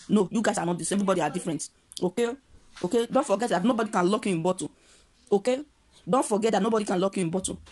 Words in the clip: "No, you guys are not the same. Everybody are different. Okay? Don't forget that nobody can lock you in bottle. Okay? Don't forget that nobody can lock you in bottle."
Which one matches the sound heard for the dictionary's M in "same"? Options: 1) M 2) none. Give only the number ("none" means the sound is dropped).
2